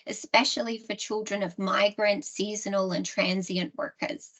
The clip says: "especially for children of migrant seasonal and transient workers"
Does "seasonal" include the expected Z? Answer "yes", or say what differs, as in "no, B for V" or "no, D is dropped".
yes